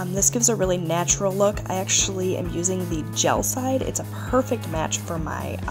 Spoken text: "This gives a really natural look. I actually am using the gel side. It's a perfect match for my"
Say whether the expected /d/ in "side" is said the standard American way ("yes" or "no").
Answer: yes